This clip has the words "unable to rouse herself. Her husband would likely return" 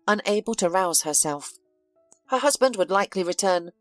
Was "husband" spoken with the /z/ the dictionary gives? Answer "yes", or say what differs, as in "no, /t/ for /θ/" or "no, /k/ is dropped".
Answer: yes